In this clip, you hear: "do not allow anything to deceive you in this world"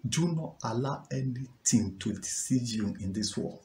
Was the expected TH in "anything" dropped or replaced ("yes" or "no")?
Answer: yes